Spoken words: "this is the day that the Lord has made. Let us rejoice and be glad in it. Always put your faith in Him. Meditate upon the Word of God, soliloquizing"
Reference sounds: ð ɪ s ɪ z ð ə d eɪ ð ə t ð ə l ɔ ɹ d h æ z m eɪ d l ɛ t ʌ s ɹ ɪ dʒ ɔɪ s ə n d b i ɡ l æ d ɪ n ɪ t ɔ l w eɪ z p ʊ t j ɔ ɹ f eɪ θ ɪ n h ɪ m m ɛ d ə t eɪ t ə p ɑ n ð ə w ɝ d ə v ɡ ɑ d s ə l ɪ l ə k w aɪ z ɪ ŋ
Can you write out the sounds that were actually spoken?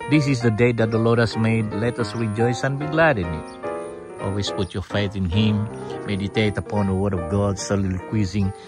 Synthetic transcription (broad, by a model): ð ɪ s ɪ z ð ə d eɪ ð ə t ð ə l ɔ ɹ d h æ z m eɪ d l ɛ t ʌ s ɹ ɪ dʒ ɔɪ s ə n b i ɡ l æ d ɪ n ɪ t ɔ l w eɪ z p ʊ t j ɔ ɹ f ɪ t ɪ n h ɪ m m ɛ d ə t eɪ t ə p ɑ n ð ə w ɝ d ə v ɡ ɑ d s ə l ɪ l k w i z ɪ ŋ